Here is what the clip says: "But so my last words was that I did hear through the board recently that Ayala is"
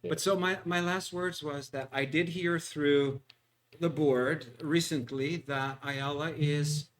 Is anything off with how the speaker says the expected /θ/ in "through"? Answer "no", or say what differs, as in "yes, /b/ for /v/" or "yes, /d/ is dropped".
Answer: no